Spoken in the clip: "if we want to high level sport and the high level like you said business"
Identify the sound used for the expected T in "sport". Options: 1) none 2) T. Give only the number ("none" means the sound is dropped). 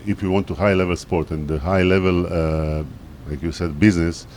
2